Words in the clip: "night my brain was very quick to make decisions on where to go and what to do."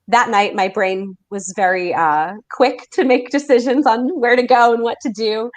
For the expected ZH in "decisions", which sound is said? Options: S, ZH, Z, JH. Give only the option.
ZH